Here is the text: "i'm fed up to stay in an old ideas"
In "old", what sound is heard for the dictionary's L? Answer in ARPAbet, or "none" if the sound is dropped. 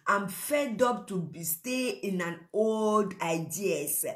L